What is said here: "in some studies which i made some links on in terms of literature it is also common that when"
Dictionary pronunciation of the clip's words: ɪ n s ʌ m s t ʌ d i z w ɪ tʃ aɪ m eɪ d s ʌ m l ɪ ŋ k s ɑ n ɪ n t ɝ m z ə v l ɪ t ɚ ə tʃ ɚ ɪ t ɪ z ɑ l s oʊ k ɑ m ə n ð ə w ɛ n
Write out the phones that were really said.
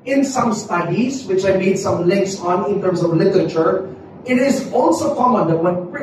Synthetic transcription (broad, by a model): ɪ n s ʌ m s t ʌ d i z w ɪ tʃ aɪ m eɪ d s ʌ m l ɪ ŋ k s ɑ n ɪ n t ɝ m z ə v l ɪ t ɚ ə tʃ ɚ ɪ t ɪ z ɑ l s oʊ k ɑ m ə n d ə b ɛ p